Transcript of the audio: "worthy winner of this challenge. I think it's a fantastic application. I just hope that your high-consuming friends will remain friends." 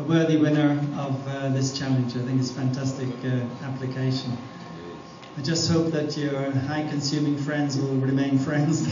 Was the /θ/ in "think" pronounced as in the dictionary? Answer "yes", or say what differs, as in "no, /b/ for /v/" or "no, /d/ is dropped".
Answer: yes